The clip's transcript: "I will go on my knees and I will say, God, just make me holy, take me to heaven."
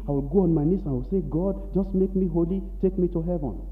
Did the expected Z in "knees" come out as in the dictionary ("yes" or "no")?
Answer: no